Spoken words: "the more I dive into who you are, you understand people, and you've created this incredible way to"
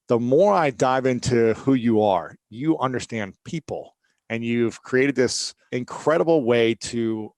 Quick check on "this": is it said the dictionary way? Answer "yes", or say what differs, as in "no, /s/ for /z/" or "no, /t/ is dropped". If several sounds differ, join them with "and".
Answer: yes